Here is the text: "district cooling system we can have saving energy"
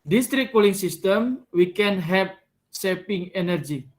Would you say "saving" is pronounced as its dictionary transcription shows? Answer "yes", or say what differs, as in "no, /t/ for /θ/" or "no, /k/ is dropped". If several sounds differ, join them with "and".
no, /p/ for /v/